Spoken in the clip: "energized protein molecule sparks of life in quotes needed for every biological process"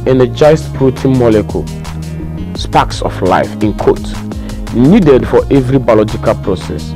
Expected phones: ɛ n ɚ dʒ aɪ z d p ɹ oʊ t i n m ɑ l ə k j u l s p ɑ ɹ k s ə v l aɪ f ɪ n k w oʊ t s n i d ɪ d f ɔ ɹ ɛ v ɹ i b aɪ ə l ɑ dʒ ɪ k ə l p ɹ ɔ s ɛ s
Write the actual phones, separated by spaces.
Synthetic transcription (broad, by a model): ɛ n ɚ dʒ aɪ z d p ɹ oʊ t i n m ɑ l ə k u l s p ɑ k s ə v l aɪ f ɪ n k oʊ t n i d ɪ d f ɔ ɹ ɛ v ɹ i b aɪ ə l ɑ dʒ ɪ k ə l p ɹ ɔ s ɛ s